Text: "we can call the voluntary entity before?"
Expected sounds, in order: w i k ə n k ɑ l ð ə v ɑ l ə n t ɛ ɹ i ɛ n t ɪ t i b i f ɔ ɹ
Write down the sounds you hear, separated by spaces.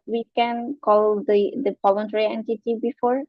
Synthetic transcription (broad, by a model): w i k ə n k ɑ l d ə p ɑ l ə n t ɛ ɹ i ɛ n t ɪ t i b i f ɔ ɹ